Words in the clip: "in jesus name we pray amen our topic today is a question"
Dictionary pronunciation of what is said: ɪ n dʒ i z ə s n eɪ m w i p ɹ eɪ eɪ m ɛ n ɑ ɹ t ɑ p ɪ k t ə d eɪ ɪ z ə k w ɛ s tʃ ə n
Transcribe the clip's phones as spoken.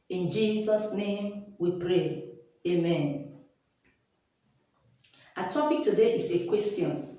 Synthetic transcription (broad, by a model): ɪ n dʒ i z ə s n eɪ m w i p ɹ eɪ eɪ m ɛ n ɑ t ɑ p ɪ k t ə d eɪ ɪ s ə k w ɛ s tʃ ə n